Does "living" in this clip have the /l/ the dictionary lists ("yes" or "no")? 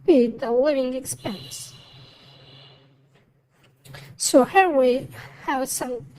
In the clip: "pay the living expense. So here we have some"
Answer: no